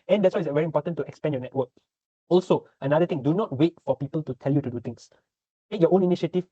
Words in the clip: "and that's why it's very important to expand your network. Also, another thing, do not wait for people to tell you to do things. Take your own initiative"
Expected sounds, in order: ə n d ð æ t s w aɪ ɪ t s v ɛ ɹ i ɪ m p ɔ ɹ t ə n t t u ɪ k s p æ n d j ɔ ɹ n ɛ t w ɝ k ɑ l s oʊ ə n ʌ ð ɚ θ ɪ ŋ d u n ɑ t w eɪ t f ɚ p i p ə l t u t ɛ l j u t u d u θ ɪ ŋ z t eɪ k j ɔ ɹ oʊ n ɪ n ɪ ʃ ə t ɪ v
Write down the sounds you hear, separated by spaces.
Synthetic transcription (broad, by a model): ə n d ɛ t s w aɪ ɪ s v ɛ ɹ i m p ɔ t ə n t t u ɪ k s p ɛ n j ɔ n ɛ t w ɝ k ɑ l s oʊ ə n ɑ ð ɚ t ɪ ŋ d u n ɑ t w eɪ t f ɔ p i p ə l t u t ɛ l j u t u d u t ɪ ŋ s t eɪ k j ɔ oʊ n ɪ n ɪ ʃ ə t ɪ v